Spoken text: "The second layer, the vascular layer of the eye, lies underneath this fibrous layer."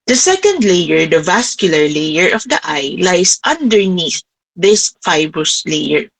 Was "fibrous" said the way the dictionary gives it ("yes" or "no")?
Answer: yes